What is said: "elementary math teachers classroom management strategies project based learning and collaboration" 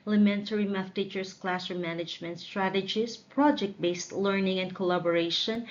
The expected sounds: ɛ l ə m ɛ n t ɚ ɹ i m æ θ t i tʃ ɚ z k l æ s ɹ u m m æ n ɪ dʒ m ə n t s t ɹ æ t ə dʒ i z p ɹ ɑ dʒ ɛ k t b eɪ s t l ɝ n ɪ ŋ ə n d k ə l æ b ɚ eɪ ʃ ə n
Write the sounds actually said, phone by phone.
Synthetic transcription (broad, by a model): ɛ l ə m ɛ n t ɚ ɹ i m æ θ t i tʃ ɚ s k l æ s ʌ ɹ m æ n ɪ dʒ m ə n t s t ɹ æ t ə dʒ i s p ɹ ɑ dʒ ɛ k t b eɪ s t l ɝ n ɪ ŋ ə n d k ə l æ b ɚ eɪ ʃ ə n